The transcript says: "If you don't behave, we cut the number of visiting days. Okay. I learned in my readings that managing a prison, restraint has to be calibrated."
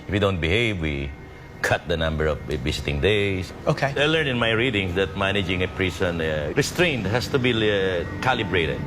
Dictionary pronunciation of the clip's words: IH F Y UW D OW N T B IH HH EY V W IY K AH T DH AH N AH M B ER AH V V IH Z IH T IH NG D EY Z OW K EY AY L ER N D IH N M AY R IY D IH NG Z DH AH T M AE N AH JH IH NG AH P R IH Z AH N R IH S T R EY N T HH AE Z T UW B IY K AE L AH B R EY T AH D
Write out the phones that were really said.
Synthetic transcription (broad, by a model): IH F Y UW D OW N T B IH HH EY V W IY K AH T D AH N AH M B ER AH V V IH S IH T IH NG D EY S OW K EY AY L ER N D IH N M AY R IY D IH NG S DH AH T M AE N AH JH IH NG AH P R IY S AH N R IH S T R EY N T HH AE S T UW B IY K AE L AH B R EY T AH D